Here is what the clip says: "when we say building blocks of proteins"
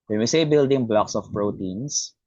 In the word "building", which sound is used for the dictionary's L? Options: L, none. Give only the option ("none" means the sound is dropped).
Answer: L